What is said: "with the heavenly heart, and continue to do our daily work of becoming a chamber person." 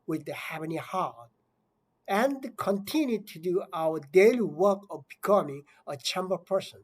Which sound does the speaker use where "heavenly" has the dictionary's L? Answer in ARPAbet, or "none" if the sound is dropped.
none